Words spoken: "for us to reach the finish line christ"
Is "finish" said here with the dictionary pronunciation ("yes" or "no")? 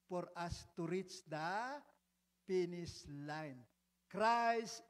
no